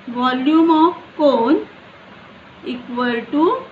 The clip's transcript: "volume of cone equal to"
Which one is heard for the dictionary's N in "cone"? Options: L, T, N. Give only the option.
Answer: N